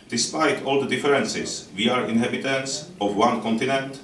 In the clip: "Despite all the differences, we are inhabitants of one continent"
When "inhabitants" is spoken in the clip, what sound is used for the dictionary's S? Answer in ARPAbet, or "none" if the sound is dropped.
S